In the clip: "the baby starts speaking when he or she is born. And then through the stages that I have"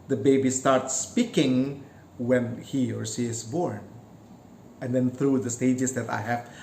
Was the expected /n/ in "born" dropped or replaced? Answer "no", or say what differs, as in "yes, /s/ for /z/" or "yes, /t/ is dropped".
no